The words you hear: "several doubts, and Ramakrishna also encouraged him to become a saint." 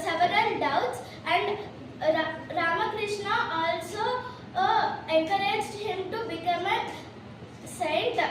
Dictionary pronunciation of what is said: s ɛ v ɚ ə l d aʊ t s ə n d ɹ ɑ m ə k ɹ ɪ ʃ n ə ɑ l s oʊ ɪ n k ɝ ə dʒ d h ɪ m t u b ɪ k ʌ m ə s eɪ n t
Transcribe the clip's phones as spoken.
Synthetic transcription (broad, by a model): s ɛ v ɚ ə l d aʊ t s ə n d ɹ ɑ m ə k ɹ ɪ ʃ n ə ɑ l s oʊ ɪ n k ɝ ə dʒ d h ɪ m t u b ɪ k ʌ m ə s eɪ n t